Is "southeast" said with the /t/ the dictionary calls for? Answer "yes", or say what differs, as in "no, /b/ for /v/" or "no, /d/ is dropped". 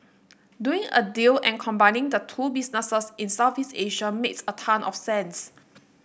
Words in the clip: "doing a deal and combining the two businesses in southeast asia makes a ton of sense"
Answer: no, /t/ is dropped